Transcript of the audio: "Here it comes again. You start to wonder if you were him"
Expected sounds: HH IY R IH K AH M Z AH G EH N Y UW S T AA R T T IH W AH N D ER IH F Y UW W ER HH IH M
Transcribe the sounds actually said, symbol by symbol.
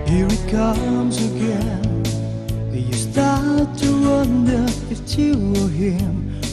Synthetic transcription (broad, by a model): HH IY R IH K AH M Z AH G EH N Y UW S T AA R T T IH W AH N D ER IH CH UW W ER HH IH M